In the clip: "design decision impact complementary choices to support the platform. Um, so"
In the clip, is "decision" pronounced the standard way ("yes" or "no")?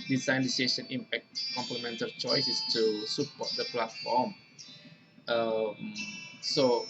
no